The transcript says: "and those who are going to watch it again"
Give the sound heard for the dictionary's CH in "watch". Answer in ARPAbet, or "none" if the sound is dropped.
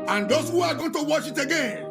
SH